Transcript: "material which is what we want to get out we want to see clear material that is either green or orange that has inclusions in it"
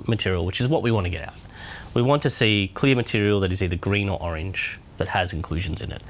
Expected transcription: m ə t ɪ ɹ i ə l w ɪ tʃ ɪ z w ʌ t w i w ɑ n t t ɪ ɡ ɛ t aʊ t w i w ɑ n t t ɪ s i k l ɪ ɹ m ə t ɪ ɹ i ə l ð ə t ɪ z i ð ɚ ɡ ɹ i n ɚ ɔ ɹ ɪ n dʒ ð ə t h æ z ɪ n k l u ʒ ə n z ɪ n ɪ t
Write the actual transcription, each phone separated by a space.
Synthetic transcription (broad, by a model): m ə t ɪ ɹ i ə l w ɪ tʃ ɪ z w ʌ t w i w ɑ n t t ɪ ɡ ɛ t aʊ t w i w ɑ n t t ɪ s i k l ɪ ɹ m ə t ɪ ɹ i l ð ə t ɪ z i ð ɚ ɡ ɹ i n ɚ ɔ ɹ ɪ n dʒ ð ə t h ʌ z ɪ n k l u ʒ ə n z ɪ n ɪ t